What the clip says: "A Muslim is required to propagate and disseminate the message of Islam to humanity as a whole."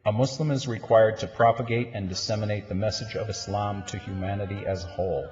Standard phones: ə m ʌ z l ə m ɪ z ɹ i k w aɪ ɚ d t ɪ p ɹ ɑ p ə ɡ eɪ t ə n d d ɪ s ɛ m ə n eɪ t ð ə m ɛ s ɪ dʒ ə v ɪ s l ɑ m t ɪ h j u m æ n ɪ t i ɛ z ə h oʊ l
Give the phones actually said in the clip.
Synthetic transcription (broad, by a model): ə m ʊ s l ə m ɪ z ɹ i k w aɪ ɚ d t ɪ p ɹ ɑ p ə ɡ eɪ t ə n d d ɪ s ɛ m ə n eɪ t ð ə m ɛ s ɪ dʒ ə v ɪ s l ɑ m t ɪ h j u m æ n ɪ t i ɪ z ə h oʊ l